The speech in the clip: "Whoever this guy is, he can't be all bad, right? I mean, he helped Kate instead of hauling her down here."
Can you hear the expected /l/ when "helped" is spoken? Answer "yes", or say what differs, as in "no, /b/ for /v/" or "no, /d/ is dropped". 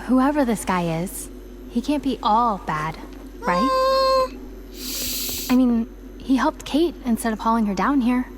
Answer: yes